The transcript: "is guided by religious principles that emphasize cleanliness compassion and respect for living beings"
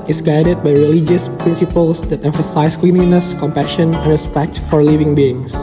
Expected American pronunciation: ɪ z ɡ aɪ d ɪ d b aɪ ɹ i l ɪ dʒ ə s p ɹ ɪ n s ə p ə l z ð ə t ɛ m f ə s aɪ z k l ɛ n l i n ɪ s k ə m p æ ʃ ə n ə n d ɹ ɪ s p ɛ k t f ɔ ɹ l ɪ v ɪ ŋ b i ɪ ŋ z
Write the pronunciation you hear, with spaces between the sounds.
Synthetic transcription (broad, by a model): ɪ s ɡ aɪ d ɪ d b aɪ ɹ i l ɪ dʒ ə s p ɹ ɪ n s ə p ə l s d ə t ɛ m f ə s aɪ s k l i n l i n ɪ s k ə m p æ ʃ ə n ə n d ɹ ɪ s p ɛ k t f ɔ ɹ l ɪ v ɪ ŋ b i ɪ ŋ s